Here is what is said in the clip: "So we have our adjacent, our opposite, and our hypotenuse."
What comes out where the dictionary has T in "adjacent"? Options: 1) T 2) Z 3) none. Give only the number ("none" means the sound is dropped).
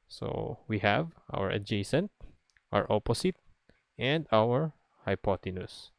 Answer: 1